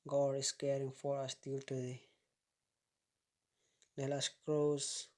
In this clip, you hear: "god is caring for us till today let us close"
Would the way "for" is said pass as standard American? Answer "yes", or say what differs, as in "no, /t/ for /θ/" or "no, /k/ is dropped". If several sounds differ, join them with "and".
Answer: yes